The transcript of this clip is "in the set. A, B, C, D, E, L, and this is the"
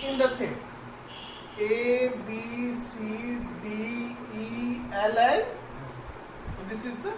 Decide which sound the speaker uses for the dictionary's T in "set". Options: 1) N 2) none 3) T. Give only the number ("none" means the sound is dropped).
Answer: 2